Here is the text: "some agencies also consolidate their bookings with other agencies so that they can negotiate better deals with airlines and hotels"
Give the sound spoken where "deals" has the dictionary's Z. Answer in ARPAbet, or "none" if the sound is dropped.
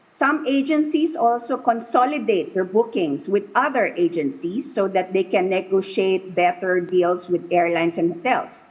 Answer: S